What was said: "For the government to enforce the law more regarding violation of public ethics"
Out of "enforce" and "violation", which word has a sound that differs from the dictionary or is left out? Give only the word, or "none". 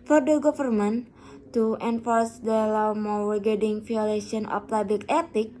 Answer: violation